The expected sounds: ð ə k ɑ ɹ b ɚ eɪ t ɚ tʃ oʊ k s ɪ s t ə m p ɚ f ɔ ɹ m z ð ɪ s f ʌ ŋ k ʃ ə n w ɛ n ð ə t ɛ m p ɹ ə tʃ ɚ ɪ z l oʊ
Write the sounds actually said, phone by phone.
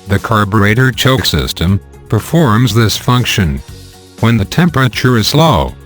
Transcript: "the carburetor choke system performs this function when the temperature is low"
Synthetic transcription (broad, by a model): ð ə k ɑ ɹ b ɚ eɪ t ɚ tʃ oʊ k s ɪ s t ə m p ɚ f ɔ ɹ m z ð ɪ s f ʌ ŋ k ʃ ə n w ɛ n ð ə t ɛ m p ɹ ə tʃ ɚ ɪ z l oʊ